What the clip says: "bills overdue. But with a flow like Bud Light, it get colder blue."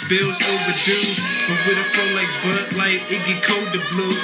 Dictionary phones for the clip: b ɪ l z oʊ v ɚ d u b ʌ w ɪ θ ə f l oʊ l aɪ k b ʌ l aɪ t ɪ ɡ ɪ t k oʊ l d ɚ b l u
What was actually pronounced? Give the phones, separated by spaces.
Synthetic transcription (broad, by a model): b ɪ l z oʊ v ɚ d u b ʌ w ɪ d ə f oʊ l aɪ k b ʌ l aɪ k ɪ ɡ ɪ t k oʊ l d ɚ b l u